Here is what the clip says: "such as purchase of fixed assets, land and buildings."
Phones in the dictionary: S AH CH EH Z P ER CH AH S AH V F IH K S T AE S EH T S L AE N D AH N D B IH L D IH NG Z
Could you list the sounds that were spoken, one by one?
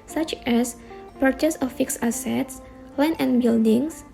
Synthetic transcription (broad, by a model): S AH CH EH S P ER CH AH S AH F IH K S AA S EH T S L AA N AH N B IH L D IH NG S